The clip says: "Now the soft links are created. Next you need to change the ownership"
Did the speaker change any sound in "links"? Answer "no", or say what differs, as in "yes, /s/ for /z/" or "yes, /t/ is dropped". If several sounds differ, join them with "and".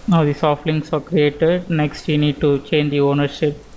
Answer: yes, /k/ is dropped